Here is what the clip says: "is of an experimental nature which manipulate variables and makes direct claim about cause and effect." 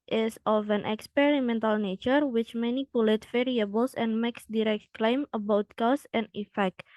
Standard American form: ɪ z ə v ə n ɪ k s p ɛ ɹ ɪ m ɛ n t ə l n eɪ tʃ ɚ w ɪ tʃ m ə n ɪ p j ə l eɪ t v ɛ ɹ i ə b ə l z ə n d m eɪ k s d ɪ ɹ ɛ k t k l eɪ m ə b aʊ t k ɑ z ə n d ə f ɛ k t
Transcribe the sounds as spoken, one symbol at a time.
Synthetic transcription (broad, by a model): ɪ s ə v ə n ɪ k s p ɛ ɹ ɪ m ɛ n t ə l n eɪ tʃ ɚ w ɪ tʃ m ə n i p j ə l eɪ t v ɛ ɹ i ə b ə l s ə n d m eɪ k s d ɪ ɹ ɛ k t k l eɪ m ə b aʊ t k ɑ s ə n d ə f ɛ k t